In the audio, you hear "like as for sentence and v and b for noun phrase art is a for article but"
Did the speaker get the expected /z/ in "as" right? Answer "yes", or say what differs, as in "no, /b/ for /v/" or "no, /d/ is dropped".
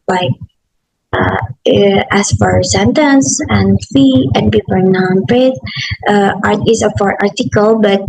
no, /s/ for /z/